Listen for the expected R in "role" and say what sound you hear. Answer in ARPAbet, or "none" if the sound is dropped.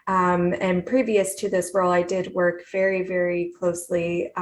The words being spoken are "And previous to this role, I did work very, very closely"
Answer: W